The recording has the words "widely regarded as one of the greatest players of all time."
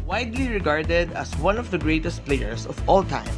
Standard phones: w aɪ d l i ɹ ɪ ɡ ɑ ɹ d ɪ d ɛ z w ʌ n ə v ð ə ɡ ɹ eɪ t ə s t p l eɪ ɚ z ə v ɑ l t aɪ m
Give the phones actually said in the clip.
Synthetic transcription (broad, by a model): w aɪ d l i ɹ ɪ ɡ ɑ ɹ d ɪ d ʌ s w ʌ n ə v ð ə ɡ ɹ eɪ t ə s t p l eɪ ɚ s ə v ɑ l t aɪ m